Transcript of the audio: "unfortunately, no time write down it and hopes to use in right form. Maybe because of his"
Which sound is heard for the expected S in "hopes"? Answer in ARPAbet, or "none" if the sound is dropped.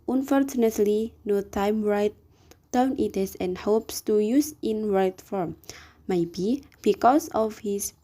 S